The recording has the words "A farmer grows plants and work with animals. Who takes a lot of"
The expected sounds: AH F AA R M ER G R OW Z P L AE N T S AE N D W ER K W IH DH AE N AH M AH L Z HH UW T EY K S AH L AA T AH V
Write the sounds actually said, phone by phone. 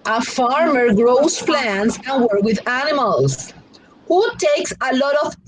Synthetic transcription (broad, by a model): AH F AA R M ER G R OW S P L AE N T S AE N W ER K W IH DH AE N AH M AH L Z HH UW T EY K S AH L AA T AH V